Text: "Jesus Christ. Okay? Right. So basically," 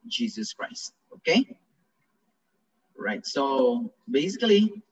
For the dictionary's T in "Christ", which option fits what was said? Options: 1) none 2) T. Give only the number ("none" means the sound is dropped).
2